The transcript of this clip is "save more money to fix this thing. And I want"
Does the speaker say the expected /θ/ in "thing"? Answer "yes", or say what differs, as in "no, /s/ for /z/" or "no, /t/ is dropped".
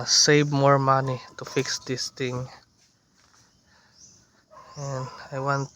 no, /t/ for /θ/